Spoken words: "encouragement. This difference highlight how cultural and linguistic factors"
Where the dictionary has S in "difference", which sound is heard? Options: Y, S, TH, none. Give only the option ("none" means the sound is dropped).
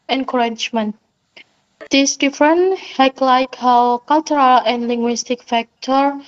none